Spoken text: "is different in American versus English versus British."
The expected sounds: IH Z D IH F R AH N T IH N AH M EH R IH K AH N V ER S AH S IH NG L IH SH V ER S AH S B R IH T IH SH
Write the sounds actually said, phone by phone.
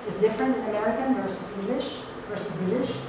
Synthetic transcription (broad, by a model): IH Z D IH F R AH N T IH N AH M EH R IH K AH N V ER S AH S IH NG L IH SH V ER S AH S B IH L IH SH